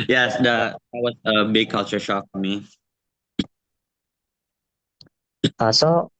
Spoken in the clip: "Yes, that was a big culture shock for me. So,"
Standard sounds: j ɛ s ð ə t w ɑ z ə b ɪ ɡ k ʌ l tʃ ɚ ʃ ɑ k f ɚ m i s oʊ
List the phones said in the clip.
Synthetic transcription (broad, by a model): j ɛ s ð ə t w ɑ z ə b ɪ ɡ k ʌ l tʃ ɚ ʃ ɑ k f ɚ m i s oʊ